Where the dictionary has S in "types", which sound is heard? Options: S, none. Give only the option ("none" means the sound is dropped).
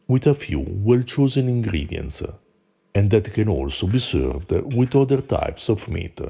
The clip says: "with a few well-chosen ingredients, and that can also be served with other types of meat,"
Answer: S